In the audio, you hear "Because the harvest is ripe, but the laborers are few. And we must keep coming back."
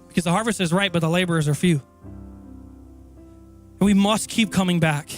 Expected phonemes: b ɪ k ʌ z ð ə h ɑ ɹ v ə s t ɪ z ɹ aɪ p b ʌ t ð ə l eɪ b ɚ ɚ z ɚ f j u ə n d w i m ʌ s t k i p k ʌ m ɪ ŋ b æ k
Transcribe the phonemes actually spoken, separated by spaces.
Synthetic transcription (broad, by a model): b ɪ k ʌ z ð ə h ɑ ɹ v ə s t ɪ z ɹ aɪ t b ʌ t ð ə l eɪ b ɚ ɚ z ɚ f j u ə n w i m ʌ s t k i p k ʌ m ɪ ŋ b æ k